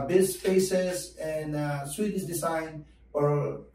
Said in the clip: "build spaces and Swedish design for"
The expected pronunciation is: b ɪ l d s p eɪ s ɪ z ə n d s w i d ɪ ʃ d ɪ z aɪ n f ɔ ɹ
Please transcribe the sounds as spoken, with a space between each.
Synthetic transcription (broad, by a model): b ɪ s f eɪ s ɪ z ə n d s w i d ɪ s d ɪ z aɪ n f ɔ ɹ